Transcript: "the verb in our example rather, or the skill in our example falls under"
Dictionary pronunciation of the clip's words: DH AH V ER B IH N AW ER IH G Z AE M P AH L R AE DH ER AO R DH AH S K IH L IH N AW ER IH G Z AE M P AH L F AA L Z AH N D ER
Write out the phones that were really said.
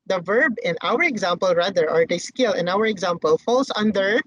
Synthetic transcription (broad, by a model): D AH V ER B IH N AW ER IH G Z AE M P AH L R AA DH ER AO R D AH S K IH L IH N AW ER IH G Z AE M P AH L F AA L S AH N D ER